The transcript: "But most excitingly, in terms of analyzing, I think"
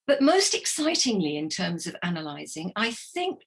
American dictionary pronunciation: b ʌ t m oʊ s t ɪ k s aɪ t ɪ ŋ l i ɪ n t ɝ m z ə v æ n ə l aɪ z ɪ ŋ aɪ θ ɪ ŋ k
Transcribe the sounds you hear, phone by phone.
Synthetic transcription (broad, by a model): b ʌ t m oʊ s t ɪ k s aɪ t ɪ ŋ l i ɪ n t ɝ m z ə v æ n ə l aɪ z ɪ ŋ aɪ θ ɪ ŋ k